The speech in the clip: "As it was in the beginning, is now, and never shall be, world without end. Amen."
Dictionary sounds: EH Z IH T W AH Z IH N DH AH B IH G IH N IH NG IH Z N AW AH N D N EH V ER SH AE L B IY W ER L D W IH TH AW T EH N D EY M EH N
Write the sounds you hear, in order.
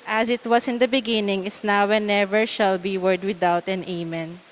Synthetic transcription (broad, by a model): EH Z IH T W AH S IH N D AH B IH G IH N IH NG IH S N AW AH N N EH V ER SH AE L B IY W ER D W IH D AW T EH N EY M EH N